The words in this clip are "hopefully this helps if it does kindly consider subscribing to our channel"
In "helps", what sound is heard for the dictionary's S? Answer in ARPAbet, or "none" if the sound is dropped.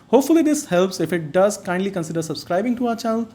S